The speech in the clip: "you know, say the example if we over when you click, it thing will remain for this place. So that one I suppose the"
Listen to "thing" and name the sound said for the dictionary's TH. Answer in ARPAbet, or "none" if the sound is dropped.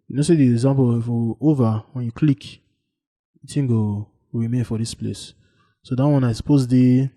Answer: T